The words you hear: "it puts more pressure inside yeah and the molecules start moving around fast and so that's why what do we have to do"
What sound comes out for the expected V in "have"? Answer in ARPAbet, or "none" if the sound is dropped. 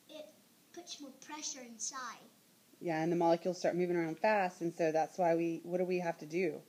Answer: F